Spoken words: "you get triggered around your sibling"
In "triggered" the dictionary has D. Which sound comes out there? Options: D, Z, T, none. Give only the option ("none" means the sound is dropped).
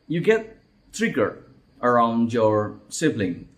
none